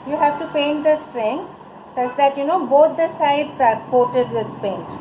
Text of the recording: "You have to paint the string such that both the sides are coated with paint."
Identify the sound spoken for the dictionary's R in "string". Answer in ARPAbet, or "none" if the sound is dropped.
R